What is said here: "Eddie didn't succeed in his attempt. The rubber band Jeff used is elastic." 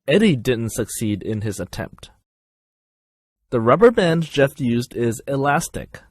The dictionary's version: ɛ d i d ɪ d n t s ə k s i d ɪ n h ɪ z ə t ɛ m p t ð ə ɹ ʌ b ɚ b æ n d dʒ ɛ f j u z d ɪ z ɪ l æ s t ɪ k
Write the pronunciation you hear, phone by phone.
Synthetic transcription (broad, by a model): ɛ d i d ɪ d n t s ə k s i d ɪ n ɪ z ə t ɛ m p t ð ə ɹ ʌ b ɚ b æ n dʒ ɛ f j u z d ɪ z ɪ l æ s t ɪ k